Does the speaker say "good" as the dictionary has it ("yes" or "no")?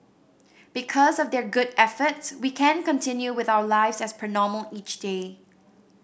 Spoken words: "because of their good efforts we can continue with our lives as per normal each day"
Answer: yes